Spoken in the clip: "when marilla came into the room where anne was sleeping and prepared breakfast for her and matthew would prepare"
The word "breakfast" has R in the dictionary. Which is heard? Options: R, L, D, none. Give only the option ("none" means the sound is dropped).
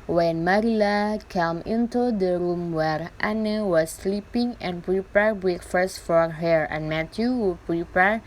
none